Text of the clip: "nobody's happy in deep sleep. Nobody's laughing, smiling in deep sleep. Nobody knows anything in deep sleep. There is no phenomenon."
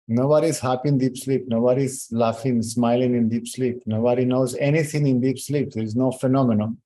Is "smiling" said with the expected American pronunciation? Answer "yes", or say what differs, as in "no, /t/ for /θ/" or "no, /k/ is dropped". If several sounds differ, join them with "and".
yes